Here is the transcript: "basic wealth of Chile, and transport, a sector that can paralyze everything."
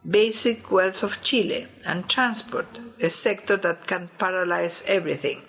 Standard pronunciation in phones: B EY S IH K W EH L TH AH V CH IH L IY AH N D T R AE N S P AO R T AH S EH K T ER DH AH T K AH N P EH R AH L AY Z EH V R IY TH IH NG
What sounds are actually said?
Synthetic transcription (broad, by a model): B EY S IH K W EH L S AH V CH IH L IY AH N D T R AE N S P AO R T AH S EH K T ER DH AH T K AH N P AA R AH L AY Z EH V R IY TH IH NG